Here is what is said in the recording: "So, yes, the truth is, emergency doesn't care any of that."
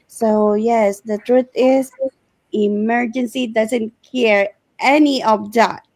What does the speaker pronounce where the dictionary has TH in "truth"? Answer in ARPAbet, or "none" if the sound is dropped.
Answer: T